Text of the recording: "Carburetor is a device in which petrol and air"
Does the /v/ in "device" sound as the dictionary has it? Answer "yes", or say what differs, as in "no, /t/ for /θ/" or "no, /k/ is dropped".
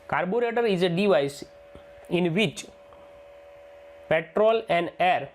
yes